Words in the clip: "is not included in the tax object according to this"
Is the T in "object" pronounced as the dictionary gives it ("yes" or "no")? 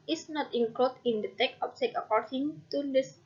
no